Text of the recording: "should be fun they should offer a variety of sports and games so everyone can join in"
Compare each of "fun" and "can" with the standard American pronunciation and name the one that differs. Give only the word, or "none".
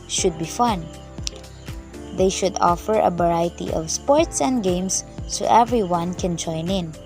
none